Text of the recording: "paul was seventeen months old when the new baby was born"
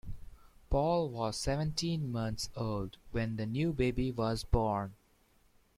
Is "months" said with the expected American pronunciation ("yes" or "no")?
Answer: no